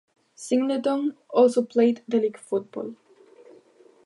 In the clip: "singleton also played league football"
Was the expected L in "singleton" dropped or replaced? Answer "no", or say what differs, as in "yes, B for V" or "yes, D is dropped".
yes, L is dropped